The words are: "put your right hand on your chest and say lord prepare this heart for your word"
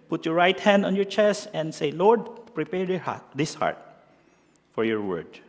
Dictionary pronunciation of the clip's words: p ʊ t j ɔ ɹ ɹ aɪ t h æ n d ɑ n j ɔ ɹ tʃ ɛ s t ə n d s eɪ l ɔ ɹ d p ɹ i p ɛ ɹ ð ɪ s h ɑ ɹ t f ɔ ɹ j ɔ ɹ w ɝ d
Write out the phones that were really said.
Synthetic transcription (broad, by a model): p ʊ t j ɔ ɹ ɹ aɪ t h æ n d ɑ n j ɔ ɹ tʃ ɛ s t ə n d s eɪ l ɔ ɹ d p ɹ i p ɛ ɹ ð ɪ s h ɑ ɹ t f ɔ ɹ j ɔ ɹ w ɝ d